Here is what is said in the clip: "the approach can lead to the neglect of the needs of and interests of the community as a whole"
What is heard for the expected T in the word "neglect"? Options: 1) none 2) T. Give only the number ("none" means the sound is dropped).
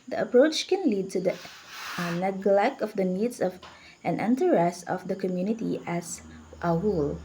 2